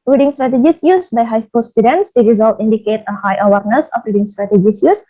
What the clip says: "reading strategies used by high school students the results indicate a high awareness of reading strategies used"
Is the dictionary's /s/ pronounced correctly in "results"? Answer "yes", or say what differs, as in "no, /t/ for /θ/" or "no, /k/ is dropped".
no, /s/ is dropped